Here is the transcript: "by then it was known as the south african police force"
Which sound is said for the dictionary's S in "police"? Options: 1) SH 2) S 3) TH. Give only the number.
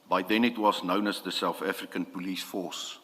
2